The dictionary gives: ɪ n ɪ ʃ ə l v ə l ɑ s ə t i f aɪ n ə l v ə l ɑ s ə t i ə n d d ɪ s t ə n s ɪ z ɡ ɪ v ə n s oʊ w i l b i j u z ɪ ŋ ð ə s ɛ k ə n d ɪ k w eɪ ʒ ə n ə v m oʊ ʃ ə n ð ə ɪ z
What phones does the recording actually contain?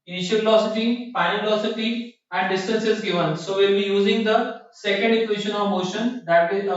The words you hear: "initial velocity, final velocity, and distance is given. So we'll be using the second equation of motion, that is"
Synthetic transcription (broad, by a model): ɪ n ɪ ʃ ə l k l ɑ s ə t i p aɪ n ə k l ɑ s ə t i ə n d d ɪ s t ə n s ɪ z ɡ ɪ v ə n s oʊ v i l b i j u z ɪ ŋ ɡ ə s ɛ k ə n d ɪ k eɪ ʃ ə n ə v m oʊ ʃ ə n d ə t